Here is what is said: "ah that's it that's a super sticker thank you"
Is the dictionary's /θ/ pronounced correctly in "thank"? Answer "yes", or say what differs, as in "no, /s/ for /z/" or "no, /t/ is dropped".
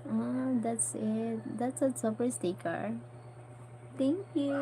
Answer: no, /t/ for /θ/